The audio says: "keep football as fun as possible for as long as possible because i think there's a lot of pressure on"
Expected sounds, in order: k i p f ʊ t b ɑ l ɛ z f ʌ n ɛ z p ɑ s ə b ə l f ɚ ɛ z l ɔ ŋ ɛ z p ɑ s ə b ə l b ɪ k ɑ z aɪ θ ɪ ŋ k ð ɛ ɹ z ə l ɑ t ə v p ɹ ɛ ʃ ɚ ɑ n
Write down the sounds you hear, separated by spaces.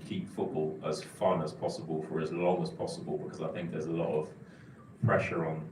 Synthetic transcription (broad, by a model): k i p f ʊ t b ɑ l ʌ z f ʌ n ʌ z p ɑ s ə b ə l f ɚ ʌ z l ɔ ŋ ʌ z p ɑ s ə b ə l b ɪ k ɑ z aɪ θ ɪ ŋ k ð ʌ z ə l ɑ t ə v p ɹ ɛ ʃ ɚ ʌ n